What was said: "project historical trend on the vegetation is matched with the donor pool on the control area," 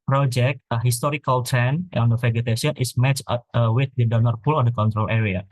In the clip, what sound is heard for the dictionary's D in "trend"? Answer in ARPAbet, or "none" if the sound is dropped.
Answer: none